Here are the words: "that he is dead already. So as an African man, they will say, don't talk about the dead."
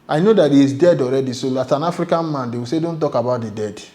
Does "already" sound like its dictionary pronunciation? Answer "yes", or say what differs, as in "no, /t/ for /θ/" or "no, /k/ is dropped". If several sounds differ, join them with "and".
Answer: yes